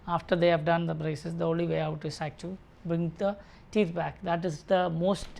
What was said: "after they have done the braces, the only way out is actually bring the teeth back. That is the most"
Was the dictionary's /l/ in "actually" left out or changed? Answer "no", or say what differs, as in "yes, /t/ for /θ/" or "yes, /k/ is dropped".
yes, /l/ is dropped